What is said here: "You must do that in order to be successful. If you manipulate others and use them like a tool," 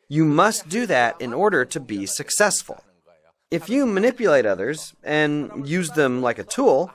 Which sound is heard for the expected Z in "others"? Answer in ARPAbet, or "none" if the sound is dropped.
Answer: Z